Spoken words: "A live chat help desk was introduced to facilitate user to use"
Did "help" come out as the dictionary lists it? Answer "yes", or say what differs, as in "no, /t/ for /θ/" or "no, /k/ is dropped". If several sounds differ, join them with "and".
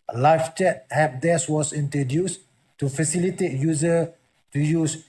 no, /l/ is dropped